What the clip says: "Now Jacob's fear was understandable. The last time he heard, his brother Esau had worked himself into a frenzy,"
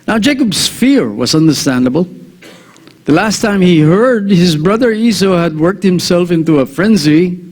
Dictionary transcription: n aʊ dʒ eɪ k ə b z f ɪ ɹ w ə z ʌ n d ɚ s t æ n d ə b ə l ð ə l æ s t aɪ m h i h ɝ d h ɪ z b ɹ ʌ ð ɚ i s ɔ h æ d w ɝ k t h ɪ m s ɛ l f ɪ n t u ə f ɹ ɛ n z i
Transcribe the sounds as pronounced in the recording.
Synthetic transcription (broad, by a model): n aʊ dʒ eɪ k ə b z f ɪ ɹ w ə z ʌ n d ɚ s t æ n d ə b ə l ð ə l æ s t aɪ m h i h ɝ d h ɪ z b ɹ ʌ ð ɚ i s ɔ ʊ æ d w ɝ k t h ɪ m s ɛ l f ɪ n t u ə f ɹ ɛ n z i